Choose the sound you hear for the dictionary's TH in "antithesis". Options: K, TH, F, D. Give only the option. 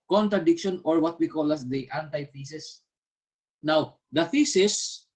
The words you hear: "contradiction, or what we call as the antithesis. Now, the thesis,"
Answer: F